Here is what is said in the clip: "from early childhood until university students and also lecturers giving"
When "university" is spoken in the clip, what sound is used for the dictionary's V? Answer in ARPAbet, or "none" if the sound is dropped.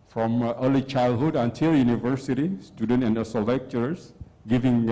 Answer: V